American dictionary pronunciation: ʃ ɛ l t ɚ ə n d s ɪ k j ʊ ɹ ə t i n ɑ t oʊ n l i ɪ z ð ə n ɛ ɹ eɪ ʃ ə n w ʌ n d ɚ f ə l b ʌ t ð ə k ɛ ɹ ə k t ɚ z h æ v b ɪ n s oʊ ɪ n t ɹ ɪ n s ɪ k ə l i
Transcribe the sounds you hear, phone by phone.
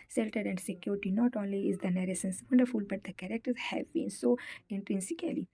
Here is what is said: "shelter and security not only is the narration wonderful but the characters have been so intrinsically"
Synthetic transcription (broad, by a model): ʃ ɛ l t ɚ ə n d s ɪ k j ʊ ɹ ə t i n ɑ t oʊ n l i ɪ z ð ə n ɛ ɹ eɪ s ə n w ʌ n d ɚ f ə l b ʌ t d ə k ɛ ɹ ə k t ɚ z h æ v b ɪ n s oʊ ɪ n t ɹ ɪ n s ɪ k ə l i